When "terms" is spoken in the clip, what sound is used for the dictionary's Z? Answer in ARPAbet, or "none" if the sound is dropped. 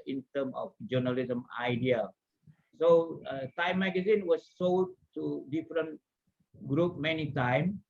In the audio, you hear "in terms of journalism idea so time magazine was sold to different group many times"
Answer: none